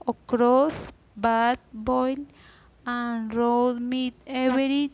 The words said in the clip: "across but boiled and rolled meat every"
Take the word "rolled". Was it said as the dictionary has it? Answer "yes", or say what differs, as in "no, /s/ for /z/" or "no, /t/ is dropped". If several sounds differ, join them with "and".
no, /l/ is dropped